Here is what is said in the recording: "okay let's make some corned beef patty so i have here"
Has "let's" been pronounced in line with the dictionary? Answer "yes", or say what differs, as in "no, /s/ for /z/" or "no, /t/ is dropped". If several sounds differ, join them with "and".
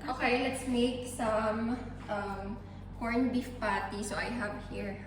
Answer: yes